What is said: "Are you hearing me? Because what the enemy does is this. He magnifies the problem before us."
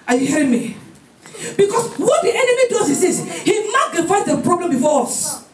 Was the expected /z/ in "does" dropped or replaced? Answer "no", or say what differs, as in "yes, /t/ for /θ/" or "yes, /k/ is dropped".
yes, /s/ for /z/